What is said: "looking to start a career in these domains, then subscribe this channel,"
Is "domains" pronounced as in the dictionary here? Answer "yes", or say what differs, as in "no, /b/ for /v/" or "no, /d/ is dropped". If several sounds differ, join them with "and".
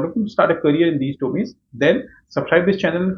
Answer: no, /n/ is dropped